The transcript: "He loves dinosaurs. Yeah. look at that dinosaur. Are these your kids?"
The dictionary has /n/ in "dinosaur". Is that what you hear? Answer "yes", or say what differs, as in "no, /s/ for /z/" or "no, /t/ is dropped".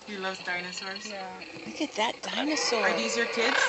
yes